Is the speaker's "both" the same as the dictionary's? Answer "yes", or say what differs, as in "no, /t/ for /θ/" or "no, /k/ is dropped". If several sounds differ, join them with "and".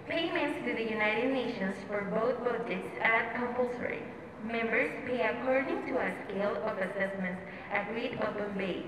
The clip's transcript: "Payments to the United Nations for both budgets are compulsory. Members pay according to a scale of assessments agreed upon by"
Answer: no, /t/ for /θ/